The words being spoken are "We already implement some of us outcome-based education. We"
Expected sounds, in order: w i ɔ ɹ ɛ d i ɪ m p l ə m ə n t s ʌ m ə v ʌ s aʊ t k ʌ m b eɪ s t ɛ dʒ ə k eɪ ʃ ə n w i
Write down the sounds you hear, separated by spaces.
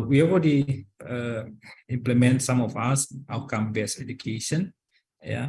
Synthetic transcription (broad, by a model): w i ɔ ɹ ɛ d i ɪ m p l ə m ə n t s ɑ m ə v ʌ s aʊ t k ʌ m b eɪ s ɛ dʒ ə k eɪ ʃ ə n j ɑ